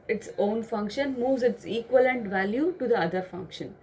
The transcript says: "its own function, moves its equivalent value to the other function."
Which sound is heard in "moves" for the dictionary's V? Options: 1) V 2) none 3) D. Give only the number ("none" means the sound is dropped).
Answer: 1